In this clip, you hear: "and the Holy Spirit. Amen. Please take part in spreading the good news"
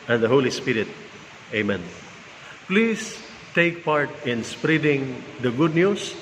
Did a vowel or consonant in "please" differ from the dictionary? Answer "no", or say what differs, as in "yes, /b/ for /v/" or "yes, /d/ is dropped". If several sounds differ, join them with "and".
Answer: yes, /s/ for /z/